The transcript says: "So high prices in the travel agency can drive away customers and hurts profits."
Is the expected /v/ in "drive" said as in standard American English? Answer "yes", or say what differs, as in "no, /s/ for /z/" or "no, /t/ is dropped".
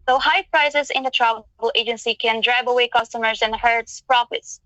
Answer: no, /b/ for /v/